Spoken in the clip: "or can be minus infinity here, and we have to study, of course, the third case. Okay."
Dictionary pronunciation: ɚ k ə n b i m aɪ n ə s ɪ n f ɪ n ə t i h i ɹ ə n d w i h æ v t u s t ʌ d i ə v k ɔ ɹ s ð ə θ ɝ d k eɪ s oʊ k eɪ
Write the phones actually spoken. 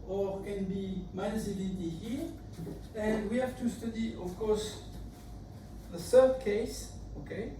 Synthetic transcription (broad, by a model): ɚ k ə n b i m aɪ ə ɪ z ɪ l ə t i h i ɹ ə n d w i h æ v t u s t ʌ d i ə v k ɔ ɹ s ð ə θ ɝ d k eɪ s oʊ k eɪ